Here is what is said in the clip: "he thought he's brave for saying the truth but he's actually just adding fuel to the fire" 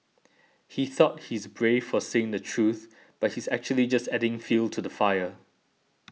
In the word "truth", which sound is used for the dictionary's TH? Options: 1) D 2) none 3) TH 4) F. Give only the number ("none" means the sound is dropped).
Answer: 3